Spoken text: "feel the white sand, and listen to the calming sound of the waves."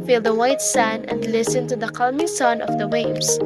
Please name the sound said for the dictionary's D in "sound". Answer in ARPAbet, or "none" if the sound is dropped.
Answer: none